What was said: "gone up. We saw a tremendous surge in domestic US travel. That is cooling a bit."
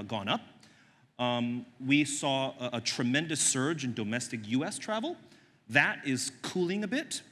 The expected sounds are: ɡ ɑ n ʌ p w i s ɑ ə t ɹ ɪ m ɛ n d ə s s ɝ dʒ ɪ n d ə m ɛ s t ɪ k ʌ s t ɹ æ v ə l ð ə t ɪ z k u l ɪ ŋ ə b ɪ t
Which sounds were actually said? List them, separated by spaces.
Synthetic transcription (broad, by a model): ɡ ɑ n ʌ p w i s ɑ ə t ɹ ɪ m ɛ n d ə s s ɝ dʒ ɪ n d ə m ɛ s t ɪ k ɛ s t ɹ æ v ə l ð ə t ɪ z k u l ɪ ŋ ə b ɪ t